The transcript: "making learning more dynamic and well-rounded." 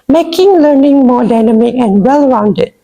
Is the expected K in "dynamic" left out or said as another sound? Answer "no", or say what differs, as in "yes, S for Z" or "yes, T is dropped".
yes, K is dropped